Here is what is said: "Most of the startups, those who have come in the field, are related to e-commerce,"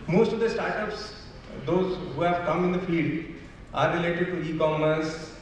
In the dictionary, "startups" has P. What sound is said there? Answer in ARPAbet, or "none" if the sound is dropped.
P